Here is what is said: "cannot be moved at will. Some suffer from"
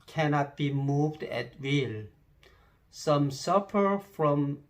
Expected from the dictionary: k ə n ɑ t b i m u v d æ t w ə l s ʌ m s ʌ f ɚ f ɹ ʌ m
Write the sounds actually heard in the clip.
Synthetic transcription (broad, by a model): k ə n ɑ t b i m u v d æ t w ə l s ʌ m s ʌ p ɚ f ɹ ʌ m